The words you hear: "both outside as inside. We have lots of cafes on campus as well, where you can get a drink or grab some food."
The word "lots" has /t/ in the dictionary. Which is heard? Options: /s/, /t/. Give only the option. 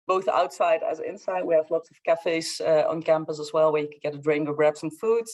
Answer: /t/